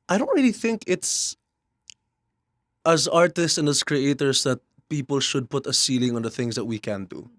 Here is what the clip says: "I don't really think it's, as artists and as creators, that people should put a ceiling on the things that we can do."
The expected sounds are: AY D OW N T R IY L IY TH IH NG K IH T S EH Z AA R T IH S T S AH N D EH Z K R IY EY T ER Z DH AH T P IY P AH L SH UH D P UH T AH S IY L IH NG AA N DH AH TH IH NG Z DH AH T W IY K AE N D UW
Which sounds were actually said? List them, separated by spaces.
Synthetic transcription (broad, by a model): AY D OW N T R IY L IY TH IH NG K IH T S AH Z AA R T IH S T S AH N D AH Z K R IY EY T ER S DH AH T P IY P AH L SH UH D P UH T AH S IY L IH NG AA N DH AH TH IH NG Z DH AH T W IY K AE N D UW